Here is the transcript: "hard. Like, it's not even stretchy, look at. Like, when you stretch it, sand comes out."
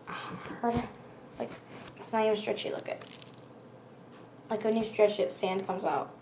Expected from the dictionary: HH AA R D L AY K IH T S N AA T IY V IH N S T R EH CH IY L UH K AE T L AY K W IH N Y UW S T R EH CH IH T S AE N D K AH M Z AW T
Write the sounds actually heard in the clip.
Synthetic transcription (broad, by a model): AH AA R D L AY K IH T S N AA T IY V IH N S T R EH CH IY L UH K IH T L AY K W IH N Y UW S T R EH CH IH T S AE N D K AH M Z AW T